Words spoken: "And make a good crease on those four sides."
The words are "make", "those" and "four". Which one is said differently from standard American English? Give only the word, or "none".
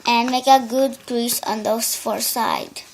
those